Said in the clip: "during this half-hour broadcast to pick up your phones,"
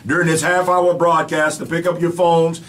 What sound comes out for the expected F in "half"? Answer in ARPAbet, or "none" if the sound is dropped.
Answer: F